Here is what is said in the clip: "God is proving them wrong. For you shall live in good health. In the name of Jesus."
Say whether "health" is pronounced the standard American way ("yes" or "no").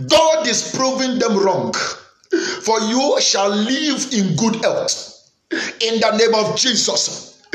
no